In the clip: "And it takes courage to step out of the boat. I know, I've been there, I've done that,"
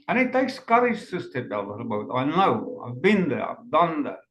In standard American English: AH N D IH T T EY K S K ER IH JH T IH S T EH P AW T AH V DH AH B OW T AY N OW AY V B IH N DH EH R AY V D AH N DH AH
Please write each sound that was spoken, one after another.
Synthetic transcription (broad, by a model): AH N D IH T T EY K S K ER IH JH S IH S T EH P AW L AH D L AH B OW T AY N OW AY V B IH N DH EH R AY V D AH N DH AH